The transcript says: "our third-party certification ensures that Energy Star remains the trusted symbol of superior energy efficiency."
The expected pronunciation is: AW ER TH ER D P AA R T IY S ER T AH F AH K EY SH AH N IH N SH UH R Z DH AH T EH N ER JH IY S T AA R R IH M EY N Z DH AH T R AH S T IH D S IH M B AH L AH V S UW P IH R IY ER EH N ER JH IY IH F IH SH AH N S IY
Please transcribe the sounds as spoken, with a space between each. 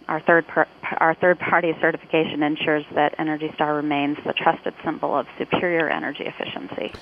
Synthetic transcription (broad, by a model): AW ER TH ER D P AA R T IY S ER T AH F AH K EY SH AH N IH N SH UH R Z DH AH T EH N ER JH IY S T AA R R IH M EY N Z DH AH T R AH S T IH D S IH M B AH L AH V S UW P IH R IY ER EH N ER JH IY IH F IH SH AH N S IY